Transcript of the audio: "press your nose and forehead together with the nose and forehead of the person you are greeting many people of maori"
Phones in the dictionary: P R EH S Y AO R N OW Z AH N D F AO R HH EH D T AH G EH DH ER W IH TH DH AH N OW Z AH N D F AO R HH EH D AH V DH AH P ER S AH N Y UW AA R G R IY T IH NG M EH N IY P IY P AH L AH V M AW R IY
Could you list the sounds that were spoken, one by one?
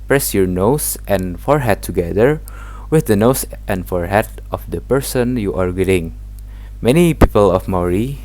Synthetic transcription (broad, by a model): P R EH S Y AO R N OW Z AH N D F AO R HH EH D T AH G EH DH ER W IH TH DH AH N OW S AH N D F AO R HH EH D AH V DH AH P ER S AH N Y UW AA R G IY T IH NG M EH N IY P IY P AH L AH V M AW R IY